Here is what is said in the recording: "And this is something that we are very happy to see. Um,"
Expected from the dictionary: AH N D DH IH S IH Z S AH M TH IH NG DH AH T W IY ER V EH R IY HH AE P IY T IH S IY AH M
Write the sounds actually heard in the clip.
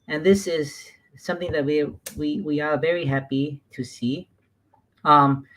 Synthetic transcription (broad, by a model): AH N DH IH S IH Z S AH M TH IH NG DH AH T W IY ER V EH R IY HH AE P IY T IH S IY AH M